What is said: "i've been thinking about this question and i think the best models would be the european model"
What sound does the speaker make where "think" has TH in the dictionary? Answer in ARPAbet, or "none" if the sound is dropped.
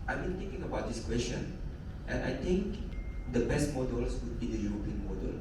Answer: T